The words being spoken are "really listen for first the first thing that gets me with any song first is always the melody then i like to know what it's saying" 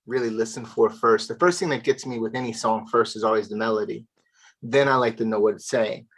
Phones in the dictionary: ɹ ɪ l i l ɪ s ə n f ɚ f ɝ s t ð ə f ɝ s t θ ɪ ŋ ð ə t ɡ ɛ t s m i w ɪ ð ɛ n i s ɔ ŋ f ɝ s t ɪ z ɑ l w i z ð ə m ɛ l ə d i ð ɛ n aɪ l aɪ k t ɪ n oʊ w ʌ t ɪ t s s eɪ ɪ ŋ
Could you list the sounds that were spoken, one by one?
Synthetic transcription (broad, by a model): ɹ ɪ l i l ɪ s ə n f ɚ f ɝ s t ð ə f ɝ s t θ ɪ ŋ ð ə t ɡ ɛ t s m i w ɪ ð ɛ n i s ɔ ŋ f ɝ s t ɪ z ɑ l w i z ð ə m ɛ l ə d i ð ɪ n aɪ l aɪ k t ɪ n oʊ w ʌ t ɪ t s s eɪ ɪ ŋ